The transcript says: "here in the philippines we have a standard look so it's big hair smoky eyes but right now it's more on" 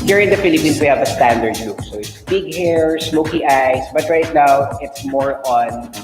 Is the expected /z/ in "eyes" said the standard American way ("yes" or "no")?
no